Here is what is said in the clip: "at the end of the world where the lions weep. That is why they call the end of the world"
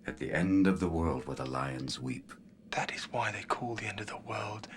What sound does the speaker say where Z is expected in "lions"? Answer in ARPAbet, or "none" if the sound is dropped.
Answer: Z